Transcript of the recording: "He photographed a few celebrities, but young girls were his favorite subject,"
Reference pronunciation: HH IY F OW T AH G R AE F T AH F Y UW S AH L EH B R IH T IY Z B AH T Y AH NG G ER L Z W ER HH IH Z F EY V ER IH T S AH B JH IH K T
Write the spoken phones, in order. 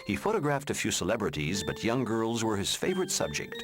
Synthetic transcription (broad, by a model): HH IY F OW T AH G R AE F T AH F Y UW S AH L EH B R IH T IY Z B AH T Y AH NG G ER L Z W ER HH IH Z F EY V ER IH T S AH B JH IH K T